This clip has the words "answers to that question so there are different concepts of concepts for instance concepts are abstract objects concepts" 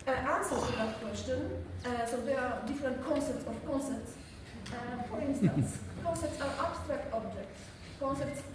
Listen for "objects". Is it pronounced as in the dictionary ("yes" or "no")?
no